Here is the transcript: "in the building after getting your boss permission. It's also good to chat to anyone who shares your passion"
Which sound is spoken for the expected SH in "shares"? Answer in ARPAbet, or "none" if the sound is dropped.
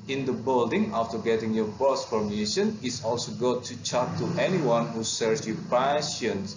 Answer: S